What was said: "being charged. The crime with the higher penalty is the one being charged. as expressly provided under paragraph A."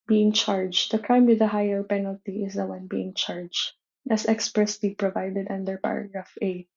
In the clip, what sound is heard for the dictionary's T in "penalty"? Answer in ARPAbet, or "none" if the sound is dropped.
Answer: T